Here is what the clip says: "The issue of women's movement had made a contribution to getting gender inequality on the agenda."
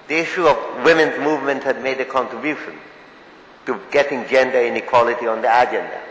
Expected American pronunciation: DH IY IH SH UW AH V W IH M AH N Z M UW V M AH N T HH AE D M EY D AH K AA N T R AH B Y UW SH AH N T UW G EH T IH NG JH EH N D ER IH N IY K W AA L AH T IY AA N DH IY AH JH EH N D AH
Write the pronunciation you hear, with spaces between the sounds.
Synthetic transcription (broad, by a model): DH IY IH SH UW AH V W IH M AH N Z M UW V M AH N T HH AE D M EY D AH K AA N T R AH B Y UW SH AH N T UW G EH T IH NG JH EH N D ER IH N IY K W AA L AH T IY AA N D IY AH JH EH N D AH